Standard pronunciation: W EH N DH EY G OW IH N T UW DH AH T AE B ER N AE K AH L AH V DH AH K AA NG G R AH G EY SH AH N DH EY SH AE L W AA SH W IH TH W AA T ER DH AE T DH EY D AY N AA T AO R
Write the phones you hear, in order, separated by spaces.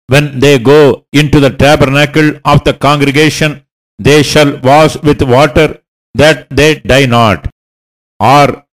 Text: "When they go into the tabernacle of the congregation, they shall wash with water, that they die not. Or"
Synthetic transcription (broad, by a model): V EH N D EY G OW IH N T UW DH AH T AE B ER N AE K AH L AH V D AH K AA NG G R AH G EY SH AH N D EY SH AE L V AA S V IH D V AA T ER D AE T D EY D AY N AA T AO R